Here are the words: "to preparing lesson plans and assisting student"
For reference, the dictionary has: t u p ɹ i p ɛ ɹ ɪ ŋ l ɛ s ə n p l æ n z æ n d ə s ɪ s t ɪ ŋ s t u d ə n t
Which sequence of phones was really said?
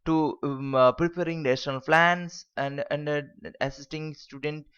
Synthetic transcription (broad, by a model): t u p ɹ i p ɛ ɹ ɪ ŋ n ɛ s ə n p l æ n s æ n d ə s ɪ s t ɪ ŋ s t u d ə n t